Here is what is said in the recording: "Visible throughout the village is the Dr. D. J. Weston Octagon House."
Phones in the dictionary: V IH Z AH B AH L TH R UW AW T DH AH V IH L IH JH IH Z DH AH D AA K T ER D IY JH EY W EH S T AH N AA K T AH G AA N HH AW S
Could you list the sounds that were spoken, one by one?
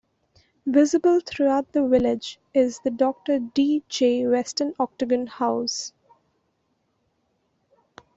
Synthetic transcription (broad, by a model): V IH Z AH B AH L T R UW AW T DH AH V IH L IH JH IH Z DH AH D AA K T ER D IY JH EY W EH S T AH N AA K T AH G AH N HH AW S